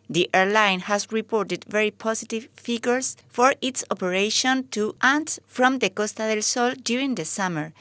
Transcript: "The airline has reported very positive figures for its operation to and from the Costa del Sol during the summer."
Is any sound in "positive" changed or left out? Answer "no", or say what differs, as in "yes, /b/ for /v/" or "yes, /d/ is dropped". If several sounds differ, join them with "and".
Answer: yes, /s/ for /z/